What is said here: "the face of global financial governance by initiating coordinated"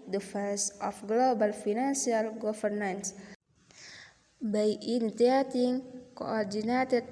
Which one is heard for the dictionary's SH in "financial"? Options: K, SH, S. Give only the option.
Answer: S